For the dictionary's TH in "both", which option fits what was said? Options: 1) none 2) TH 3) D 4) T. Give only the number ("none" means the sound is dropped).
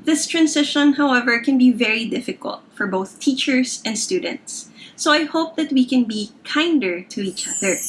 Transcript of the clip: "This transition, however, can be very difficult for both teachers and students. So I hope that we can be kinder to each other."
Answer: 2